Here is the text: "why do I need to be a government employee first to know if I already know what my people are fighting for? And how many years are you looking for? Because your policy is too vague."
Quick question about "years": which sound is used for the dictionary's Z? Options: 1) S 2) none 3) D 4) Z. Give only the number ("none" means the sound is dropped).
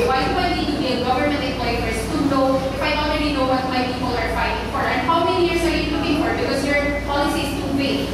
1